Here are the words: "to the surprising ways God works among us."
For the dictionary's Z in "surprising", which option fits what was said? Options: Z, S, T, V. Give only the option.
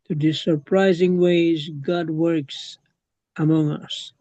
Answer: Z